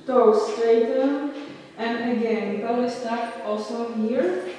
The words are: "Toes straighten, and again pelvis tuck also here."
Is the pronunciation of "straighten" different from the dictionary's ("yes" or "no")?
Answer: yes